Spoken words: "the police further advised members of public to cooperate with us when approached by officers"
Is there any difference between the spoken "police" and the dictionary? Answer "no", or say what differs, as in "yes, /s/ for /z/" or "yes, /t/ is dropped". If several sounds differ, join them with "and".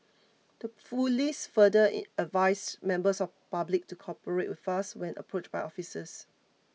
yes, /f/ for /p/